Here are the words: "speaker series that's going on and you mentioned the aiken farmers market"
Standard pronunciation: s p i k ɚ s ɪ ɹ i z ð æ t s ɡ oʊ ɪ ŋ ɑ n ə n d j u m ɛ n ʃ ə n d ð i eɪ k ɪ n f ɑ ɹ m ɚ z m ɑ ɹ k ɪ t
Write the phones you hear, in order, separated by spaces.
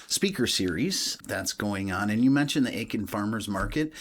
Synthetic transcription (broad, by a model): s p i k ɚ s ɪ ɹ i z ð æ t s ɡ oʊ ɪ ŋ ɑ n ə n j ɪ m ɛ n ʃ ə n ð i eɪ k ɪ n f ɑ ɹ m ɚ z m ɑ ɹ k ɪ t